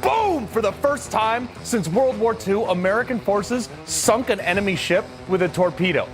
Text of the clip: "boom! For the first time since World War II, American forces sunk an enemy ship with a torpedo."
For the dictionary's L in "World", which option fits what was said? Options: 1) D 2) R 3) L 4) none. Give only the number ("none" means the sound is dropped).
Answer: 3